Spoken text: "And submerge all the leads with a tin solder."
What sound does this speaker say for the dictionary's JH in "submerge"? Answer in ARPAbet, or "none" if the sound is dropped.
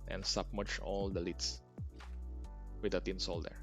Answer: CH